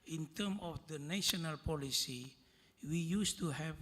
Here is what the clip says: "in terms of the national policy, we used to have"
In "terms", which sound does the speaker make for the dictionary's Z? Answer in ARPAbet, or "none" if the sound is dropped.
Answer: none